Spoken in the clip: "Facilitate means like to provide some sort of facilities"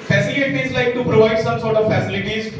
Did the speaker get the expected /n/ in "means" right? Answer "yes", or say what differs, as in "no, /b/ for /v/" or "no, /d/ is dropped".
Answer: no, /n/ is dropped